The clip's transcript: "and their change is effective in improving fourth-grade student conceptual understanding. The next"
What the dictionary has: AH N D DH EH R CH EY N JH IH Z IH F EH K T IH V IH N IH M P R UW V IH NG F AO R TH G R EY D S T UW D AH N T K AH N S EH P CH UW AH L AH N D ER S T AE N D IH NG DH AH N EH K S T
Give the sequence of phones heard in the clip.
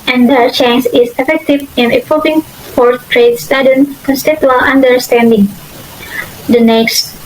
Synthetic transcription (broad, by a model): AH N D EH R CH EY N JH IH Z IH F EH K T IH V IH N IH P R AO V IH NG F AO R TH R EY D S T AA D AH N K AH N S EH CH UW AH L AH N D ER S T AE N D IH NG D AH N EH K S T